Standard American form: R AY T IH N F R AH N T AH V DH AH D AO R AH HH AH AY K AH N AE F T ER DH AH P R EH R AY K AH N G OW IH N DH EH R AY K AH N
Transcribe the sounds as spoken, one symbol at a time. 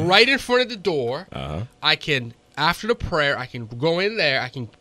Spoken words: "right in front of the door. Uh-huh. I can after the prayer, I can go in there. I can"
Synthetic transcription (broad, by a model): R AY T IH N F R AH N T AH V DH AH D AO R AH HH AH AY K AH N AE F T ER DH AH P R EH R AY K AH N G OW IH N DH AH R AY K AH N